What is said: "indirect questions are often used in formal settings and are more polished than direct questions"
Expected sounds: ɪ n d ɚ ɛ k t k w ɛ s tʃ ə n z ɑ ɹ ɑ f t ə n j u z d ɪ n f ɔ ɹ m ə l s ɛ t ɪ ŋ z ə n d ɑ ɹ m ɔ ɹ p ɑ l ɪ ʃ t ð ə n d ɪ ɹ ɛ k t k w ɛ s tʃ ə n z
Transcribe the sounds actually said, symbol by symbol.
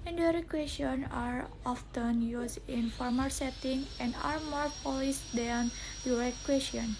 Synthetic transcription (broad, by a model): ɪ n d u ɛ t k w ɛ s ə n ɑ ɹ ɑ f t ə n j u s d ɪ n f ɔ ɹ m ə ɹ s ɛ t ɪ ŋ ə n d ɑ ɹ m ɔ ɹ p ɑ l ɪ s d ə n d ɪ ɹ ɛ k k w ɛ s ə n